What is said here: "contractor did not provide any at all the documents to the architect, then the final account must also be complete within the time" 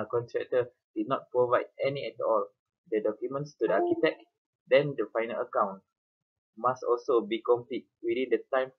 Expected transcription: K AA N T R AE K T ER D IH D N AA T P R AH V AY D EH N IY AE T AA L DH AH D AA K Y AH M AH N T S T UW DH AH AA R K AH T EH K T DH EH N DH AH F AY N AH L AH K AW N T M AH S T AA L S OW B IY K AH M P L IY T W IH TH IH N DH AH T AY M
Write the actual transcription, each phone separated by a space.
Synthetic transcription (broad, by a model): K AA N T R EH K T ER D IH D N AA T P R AH V AY D EH N IY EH T AA L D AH D AA K Y AH M AH N T S T UW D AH AA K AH T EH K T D EH N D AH F AY N AH L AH K AW N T M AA S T AA L S OW B IY K AH M P L IY T W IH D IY N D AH T AY M